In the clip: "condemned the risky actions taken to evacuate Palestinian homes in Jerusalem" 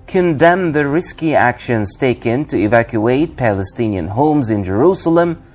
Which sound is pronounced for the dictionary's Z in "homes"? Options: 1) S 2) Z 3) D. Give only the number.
2